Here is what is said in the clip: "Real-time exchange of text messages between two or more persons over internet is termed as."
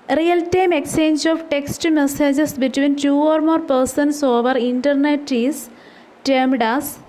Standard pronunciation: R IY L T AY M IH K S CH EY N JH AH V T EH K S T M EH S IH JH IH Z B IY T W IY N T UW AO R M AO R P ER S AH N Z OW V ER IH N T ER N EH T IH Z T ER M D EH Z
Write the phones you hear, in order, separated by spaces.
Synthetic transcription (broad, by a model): R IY L T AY M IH K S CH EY N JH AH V T EH K S T M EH S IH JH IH S B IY T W IY N T UW AO R M AO R P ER S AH N S OW V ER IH N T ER N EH T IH S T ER M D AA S